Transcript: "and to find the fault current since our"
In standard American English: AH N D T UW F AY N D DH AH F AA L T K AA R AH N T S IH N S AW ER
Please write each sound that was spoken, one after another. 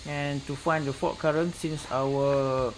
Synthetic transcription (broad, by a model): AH N T UW F AY N D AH F AA T K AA R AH N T S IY N S AW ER